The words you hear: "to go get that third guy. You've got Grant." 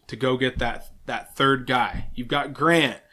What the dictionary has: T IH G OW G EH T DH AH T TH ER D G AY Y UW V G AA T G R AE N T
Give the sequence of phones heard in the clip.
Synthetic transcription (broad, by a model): T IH G OW G EH T DH AH T TH ER D G AY Y UW V G AA T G R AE N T